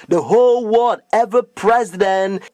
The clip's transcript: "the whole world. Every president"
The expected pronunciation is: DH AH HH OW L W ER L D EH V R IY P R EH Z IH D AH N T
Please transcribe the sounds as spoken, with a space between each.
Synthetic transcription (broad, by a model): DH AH HH OW L W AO D EH V IY P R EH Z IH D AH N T